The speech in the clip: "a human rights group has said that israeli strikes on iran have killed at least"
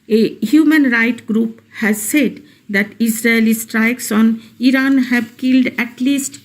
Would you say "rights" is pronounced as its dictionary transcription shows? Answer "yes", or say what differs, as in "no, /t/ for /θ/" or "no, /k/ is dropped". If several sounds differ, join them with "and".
no, /s/ is dropped